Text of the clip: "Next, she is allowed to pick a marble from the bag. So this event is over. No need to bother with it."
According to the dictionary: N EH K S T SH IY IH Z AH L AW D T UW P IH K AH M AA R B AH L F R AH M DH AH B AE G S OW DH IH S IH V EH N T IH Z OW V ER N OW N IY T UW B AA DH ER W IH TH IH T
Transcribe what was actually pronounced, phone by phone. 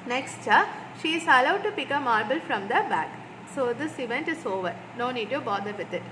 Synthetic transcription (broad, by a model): N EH K S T SH IY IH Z AH L AW D T UW P IH K AH M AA R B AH L F R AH M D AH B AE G S OW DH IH S IH V EH N T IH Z OW V ER N OW N IY T UW B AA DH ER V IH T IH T